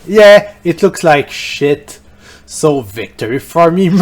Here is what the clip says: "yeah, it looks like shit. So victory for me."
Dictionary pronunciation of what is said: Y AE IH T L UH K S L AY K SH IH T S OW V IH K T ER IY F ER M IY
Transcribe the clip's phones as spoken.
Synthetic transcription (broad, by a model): Y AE IH T L UH K S L AY K SH IH T S OW V IH K T ER IY F ER M IY